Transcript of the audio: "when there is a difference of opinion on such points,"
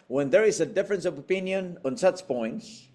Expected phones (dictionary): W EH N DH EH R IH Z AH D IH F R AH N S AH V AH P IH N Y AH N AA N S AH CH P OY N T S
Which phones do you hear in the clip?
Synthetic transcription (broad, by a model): W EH N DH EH R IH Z AH D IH F R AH N S AH V AH P IH N Y AH N AA N S AH CH P OY N T S